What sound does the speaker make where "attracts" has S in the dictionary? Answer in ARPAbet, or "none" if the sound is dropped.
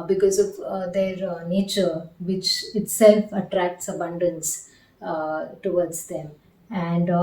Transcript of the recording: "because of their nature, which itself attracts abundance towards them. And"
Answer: S